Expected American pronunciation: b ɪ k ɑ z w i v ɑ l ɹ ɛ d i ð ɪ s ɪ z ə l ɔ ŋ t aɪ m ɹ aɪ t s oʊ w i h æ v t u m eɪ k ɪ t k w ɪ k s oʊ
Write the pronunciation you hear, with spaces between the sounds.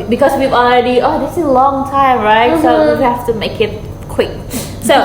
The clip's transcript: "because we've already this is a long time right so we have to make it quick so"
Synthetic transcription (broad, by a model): b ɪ k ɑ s w i v ɑ l ɹ ɛ d i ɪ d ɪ s ə l ɔ ŋ t aɪ m ɹ aɪ t s oʊ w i h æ f t u m eɪ k ɪ t k w ɪ k s oʊ